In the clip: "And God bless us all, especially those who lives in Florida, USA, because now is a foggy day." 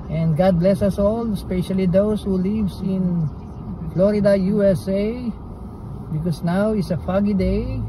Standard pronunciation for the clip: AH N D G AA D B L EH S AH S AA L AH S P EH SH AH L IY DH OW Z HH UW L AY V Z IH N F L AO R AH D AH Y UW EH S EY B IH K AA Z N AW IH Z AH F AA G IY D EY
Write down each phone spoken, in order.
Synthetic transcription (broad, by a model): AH N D G AA D B L EH S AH S AA L AH S P EH SH AH L IY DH OW S HH UW L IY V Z IH N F L AO R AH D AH Y UW EH S EY B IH K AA S N AW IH S AH F AA G IY D EY